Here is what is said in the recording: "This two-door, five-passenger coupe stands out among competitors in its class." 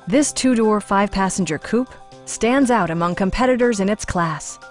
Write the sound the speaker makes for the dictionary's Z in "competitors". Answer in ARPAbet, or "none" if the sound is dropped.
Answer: Z